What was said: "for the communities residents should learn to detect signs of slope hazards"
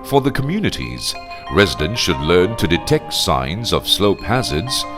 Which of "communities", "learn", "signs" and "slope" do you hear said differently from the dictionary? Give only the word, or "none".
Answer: none